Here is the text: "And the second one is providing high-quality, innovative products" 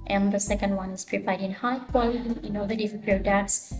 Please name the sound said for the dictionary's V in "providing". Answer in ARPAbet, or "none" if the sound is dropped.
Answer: P